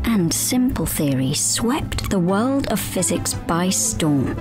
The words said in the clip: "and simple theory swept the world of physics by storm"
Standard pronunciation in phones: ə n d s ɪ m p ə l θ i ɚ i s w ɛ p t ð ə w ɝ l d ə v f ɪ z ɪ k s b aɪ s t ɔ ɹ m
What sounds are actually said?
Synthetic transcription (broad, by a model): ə n s ɪ m p ə l θ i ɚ i s w ɛ p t ð ə w ɝ l d ə v f ɪ z ɪ k s b aɪ s t ɔ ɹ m